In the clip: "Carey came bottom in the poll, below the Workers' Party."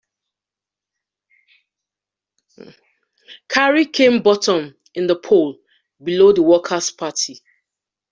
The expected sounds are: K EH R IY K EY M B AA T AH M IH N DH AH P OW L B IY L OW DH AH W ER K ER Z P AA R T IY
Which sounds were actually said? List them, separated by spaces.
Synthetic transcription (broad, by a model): K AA R IY K EY M B AA T AH M IH N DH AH P OW L B IY L OW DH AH W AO K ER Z P AA T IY